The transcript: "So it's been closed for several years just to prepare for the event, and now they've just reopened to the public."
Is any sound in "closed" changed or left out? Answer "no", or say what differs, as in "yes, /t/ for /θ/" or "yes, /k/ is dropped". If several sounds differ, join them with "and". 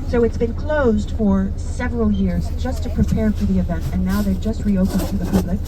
no